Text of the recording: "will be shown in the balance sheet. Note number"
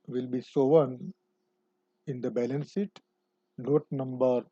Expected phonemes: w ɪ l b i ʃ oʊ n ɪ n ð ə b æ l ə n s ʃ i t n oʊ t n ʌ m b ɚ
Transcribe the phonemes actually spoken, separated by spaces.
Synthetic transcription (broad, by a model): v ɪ l b i s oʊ n ɪ n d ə b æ l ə n s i t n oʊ t n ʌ m b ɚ